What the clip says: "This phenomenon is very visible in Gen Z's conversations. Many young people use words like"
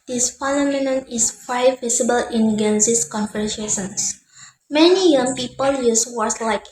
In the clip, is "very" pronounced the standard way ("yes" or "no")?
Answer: no